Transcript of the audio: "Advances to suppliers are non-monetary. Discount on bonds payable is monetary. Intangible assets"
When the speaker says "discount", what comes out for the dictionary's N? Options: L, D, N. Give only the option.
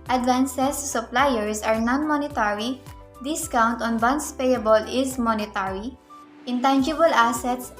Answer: N